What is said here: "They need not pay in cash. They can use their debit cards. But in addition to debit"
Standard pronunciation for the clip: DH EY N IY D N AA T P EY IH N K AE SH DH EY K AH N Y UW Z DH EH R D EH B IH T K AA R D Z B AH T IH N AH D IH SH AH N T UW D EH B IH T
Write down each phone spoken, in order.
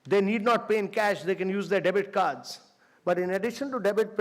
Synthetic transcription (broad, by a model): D EY N IY D N AA T P EY IH N K AE SH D EY K AH N Y UW Z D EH R D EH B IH T K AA R D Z B AH T IH N AH D IH SH AH N T UW D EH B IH T